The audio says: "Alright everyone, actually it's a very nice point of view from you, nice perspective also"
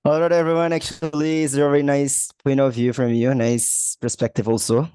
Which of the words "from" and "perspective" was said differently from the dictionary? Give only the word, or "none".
none